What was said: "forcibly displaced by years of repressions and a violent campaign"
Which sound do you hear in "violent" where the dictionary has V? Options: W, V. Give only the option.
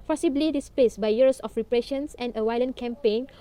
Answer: W